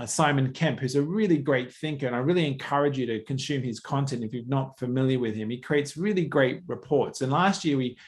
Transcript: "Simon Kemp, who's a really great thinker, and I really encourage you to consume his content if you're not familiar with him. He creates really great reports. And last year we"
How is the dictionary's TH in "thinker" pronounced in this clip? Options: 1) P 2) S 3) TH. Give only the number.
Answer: 3